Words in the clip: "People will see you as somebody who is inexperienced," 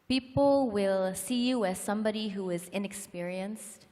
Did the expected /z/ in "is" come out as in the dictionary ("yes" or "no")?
yes